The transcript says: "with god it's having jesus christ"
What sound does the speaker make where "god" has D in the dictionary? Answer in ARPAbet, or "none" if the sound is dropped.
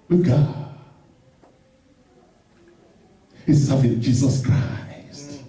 none